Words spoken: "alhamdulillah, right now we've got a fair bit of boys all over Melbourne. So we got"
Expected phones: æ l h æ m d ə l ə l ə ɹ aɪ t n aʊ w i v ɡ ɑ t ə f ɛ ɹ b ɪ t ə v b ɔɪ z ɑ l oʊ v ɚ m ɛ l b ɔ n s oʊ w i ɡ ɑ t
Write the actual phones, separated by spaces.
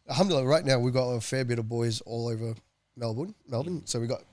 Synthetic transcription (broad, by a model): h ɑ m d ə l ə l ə ɹ aɪ t n aʊ w i ɡ ɑ t ə f ɛ ɹ b ɪ t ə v b ɔɪ z ɑ l oʊ v ɚ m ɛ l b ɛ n s oʊ w i ɡ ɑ t